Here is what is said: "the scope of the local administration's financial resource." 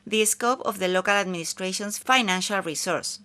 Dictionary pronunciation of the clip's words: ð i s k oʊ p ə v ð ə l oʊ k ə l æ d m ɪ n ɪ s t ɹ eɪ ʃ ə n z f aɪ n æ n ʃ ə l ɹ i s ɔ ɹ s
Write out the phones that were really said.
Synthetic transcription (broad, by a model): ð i s k oʊ p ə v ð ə l oʊ k ə l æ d m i n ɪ s t ɹ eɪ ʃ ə n s f aɪ n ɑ n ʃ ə l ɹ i s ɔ ɹ s